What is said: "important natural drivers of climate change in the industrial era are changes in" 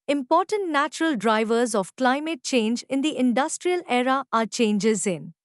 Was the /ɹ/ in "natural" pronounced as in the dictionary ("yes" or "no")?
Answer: yes